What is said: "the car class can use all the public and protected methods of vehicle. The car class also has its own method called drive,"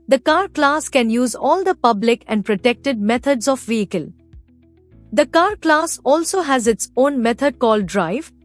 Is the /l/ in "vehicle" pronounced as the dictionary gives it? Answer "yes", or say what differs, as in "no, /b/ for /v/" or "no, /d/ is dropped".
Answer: yes